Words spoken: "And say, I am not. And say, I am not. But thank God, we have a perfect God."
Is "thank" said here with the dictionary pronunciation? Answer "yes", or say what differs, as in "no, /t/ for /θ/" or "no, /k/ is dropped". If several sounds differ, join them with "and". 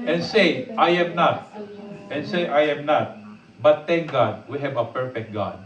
no, /t/ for /θ/